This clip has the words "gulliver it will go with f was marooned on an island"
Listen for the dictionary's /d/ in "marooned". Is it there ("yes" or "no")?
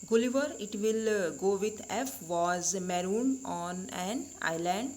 no